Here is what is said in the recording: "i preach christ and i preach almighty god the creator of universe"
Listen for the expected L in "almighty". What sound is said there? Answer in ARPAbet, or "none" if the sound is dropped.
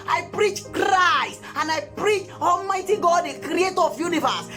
L